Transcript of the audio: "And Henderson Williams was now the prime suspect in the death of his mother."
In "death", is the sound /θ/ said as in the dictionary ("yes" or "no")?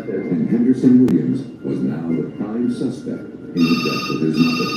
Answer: no